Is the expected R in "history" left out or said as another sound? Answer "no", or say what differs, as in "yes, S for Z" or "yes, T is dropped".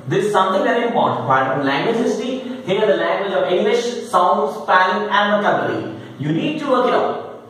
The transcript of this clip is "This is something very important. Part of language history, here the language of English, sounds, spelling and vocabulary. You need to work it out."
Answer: yes, R is dropped